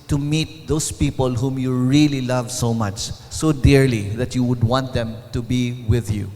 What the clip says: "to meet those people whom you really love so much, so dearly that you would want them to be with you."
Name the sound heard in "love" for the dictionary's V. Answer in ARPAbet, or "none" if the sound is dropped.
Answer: V